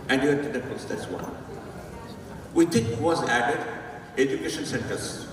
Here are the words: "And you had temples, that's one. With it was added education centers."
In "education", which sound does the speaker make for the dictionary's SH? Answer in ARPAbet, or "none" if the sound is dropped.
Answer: SH